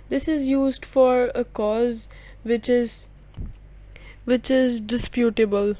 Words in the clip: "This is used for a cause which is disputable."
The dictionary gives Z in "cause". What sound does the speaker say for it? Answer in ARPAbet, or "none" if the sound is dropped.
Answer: Z